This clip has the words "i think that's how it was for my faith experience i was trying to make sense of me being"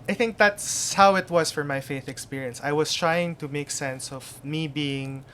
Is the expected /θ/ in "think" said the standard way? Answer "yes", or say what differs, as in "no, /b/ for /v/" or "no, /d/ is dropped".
yes